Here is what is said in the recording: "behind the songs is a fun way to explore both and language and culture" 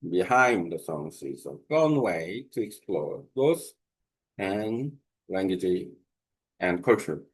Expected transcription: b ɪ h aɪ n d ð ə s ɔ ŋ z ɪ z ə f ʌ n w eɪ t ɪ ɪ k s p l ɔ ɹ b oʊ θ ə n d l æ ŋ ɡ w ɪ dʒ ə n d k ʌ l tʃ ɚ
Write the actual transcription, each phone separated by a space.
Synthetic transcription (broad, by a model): b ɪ h aɪ n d ð ə s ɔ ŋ s ɪ z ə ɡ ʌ n w eɪ t ɪ ɪ k s p l ɔ ɹ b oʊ s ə n l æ ŋ ɡ w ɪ dʒ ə n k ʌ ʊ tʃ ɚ